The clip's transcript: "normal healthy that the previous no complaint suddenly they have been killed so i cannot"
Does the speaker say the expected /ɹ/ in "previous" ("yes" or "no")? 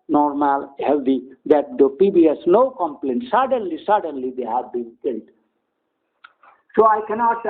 no